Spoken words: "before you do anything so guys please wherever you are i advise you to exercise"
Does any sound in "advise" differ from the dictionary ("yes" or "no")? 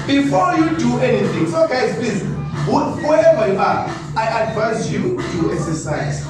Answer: yes